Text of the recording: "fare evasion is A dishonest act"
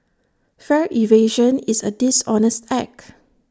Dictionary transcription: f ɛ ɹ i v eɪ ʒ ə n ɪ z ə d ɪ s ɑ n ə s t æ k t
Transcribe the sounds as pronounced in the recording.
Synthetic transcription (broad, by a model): f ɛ ɹ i v eɪ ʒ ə n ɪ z ə d ɪ s ɑ n ə s t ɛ k